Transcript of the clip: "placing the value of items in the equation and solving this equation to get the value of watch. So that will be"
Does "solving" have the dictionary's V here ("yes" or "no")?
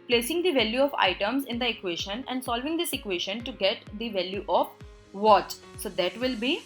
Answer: yes